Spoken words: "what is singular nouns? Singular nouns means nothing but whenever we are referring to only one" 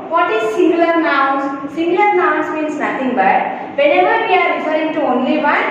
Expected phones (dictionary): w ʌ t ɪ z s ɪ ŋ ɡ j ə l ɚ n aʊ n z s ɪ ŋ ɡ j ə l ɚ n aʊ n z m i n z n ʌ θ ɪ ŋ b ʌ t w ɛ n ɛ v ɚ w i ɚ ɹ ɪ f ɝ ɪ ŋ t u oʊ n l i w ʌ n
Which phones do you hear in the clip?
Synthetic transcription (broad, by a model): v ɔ t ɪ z s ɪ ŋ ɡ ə l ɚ n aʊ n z s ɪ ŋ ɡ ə l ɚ n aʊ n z m i n s n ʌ t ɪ ŋ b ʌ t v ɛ n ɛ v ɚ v i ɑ ɹ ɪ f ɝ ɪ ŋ t u oʊ n l i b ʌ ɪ